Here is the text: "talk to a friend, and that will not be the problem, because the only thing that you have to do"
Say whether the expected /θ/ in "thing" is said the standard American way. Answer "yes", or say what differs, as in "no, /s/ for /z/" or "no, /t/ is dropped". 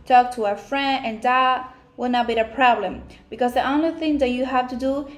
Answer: yes